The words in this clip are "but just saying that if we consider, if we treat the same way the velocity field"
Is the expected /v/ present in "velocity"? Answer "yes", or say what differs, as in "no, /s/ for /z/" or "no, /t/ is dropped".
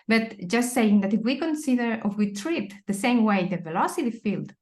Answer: yes